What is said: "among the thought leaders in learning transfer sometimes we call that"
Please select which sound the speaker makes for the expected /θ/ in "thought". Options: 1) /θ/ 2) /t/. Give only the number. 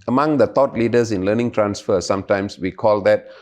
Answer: 2